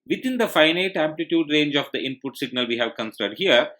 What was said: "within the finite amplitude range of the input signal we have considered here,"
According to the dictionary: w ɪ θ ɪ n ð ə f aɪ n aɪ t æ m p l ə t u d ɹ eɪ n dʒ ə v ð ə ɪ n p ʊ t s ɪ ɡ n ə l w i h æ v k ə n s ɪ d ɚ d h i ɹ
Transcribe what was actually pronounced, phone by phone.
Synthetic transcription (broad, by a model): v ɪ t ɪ n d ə f aɪ n aɪ t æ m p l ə t u d ɹ eɪ n dʒ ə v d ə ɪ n p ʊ t s ɪ ɡ n ə l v i h æ v k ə n s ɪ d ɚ d h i ɹ